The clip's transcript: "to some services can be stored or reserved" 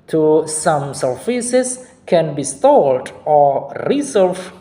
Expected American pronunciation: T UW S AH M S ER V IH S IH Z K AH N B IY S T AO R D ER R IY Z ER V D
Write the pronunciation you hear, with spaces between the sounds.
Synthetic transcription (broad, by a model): T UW S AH M S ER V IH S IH S K AH N B IY S T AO L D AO R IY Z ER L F